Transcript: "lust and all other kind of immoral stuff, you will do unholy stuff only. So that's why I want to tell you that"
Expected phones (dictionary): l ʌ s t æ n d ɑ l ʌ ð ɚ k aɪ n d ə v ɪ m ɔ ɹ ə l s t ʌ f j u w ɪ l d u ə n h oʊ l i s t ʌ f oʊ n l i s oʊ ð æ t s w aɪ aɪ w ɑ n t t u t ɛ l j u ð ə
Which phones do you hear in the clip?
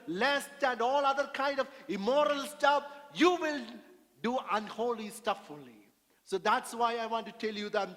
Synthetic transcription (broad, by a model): l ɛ s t æ n d ɑ l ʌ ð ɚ k aɪ n d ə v ɪ m ɔ ɹ ə l s t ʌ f j u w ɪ l d u ə n h oʊ l i s t ʌ f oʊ l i s oʊ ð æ t s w aɪ aɪ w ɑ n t t u t ɛ l j u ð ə